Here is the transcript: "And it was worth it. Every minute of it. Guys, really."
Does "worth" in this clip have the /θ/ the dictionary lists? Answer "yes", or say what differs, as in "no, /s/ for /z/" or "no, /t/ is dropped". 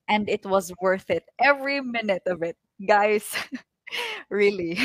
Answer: yes